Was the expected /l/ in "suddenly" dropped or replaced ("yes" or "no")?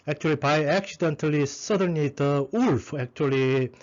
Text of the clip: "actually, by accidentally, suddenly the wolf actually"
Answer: yes